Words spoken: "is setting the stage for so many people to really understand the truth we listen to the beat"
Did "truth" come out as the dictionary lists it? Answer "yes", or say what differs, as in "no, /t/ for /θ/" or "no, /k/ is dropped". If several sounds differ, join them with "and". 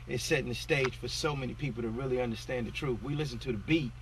yes